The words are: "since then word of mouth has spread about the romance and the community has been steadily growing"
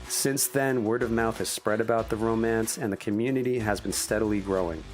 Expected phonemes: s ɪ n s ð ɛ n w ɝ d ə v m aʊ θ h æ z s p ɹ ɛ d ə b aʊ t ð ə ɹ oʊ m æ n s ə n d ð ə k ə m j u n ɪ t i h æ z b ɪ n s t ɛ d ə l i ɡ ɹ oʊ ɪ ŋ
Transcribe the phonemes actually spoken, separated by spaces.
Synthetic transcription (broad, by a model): s ɪ n s ð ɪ n w ɝ d ə v m aʊ θ h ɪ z s p ɹ ɛ d ə b aʊ t ð ə ɹ oʊ m æ n s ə n ð ə k ə m j u n ɪ t i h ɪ z b ɪ n s t ɛ d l i ɡ ɹ oʊ ɪ ŋ